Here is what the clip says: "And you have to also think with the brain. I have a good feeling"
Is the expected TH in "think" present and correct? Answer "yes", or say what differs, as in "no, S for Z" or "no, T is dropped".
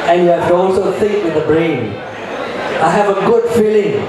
no, S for TH